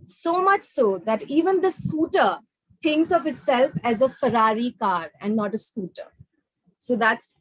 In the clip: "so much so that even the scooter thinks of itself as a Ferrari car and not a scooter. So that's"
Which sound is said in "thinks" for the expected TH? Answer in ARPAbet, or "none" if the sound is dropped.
T